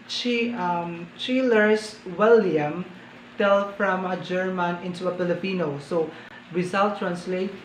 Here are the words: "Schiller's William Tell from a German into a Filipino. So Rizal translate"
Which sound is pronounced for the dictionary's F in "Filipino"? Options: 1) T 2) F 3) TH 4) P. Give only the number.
4